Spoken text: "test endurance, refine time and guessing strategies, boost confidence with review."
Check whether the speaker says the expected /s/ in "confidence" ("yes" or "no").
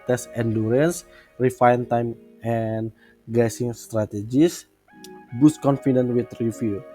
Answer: no